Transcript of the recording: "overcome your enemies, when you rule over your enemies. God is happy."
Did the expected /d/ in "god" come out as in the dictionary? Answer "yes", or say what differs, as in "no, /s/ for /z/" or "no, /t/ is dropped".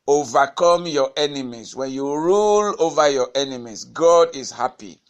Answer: yes